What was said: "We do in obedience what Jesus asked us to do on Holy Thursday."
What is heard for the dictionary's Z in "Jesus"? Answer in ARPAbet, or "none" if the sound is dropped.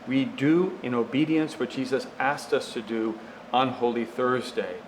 Z